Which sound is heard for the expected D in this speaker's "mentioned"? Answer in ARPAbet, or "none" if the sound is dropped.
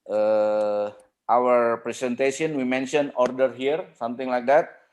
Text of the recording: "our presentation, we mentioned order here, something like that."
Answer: none